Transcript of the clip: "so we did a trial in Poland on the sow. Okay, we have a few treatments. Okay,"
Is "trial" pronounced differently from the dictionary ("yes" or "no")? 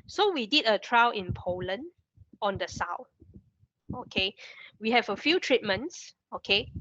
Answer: yes